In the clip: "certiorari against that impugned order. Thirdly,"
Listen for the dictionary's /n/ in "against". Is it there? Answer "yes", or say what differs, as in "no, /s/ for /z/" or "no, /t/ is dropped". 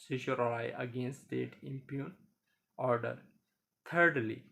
yes